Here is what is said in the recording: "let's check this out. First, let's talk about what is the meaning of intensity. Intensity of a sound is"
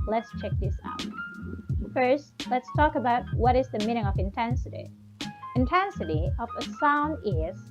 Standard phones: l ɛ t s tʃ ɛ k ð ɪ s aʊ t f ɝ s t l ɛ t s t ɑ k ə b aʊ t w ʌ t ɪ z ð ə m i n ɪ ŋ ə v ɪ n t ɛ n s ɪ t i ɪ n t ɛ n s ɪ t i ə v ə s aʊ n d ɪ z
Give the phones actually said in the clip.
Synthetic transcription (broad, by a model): l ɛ t s tʃ ɛ k ð ɪ s aʊ t f ɝ s t l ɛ t s t ɑ k ə b aʊ t w ʌ t ɪ z ð ə m i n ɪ ŋ ə v ɪ n t ɛ n s ɪ t i ɪ n t ɛ n s ɪ t i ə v ə s aʊ n d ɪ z